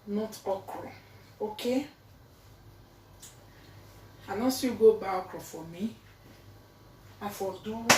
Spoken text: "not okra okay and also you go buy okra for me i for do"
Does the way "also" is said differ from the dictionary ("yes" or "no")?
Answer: yes